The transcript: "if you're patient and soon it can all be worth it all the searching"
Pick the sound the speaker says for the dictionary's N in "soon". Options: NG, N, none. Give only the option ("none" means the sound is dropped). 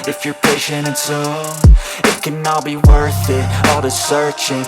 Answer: none